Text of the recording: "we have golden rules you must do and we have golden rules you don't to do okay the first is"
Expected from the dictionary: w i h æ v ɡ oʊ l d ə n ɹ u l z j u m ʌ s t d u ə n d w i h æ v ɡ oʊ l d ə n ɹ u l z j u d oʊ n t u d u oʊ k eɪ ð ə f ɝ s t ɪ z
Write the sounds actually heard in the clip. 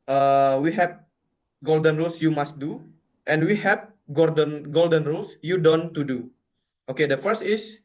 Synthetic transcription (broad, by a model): w i h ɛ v ɡ oʊ l d ə n ɹ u l s j u m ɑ s t d u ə n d w i h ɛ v ɡ oʊ l d ə n ɹ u l s j u d oʊ n t u d u oʊ k eɪ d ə f ɝ s t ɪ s